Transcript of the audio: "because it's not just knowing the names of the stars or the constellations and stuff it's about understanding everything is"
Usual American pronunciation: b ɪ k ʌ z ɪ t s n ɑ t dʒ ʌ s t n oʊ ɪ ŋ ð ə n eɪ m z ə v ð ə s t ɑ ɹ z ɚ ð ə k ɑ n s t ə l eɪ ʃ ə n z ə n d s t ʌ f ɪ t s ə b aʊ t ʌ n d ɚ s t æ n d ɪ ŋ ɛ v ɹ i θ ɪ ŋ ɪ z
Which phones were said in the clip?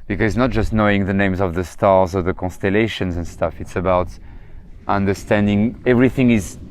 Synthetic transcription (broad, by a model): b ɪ k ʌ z ɪ t s n ɑ t dʒ ʌ s t n oʊ ɪ ŋ ð ə n eɪ m z ə v ð ə s t ɑ ɹ z ɚ ð ə k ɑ n s t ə l eɪ ʃ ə n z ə n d s t ʌ f ɪ t s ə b aʊ t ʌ n d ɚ s t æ n d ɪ ŋ ɛ v ɹ i θ ɪ ŋ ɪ z